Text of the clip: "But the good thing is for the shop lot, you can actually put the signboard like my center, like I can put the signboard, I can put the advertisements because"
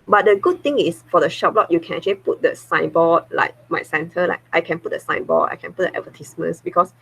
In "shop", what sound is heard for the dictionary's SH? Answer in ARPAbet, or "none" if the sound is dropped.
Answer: SH